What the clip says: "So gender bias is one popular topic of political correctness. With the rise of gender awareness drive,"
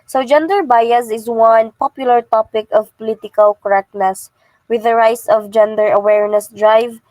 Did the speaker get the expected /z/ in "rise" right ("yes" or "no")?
no